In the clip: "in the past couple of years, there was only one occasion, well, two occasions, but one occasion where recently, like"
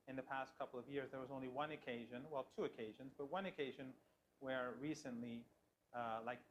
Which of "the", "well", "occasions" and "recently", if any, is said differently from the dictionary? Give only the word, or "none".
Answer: none